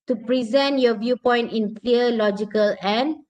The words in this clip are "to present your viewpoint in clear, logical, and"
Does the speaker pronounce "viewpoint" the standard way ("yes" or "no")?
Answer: yes